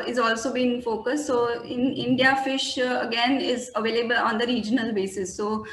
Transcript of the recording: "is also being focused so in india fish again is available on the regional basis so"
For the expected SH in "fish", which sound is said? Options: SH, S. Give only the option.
SH